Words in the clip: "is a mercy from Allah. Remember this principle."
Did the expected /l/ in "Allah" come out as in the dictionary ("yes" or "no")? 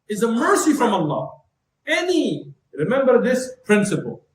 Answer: no